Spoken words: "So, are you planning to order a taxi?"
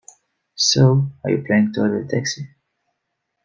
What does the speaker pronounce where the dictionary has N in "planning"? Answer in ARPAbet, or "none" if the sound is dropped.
none